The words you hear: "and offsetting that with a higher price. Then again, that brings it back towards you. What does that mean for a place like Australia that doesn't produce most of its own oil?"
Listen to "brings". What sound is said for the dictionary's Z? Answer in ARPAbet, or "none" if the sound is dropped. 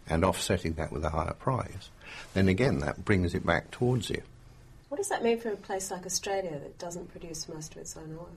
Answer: Z